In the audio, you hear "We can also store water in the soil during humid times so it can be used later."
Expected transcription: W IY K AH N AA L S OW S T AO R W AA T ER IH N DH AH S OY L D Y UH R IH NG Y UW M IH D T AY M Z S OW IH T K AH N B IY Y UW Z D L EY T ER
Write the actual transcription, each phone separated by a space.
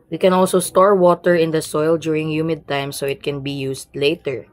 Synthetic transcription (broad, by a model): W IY K AH N AA L S OW S T AO R W AA T ER IH N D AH S OY L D Y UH R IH NG Y UW M IH D T AY M S OW IH T K AH N B IY Y UW S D L EY T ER